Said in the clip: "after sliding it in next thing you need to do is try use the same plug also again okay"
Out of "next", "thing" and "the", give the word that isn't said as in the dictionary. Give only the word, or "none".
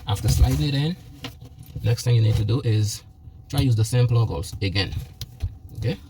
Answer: none